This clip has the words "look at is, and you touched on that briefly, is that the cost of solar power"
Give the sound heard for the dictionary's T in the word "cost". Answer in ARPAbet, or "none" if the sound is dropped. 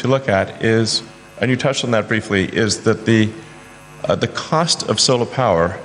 T